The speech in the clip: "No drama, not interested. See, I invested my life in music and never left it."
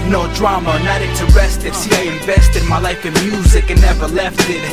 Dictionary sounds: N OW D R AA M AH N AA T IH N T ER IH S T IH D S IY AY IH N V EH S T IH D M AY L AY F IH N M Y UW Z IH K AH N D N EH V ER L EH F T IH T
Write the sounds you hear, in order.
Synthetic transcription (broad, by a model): N OW D R AA M AH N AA T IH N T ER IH S T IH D S IY AY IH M V EH S T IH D M AY L AY F IH N M Y UW Z IH K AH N N EH V ER L EH F T IH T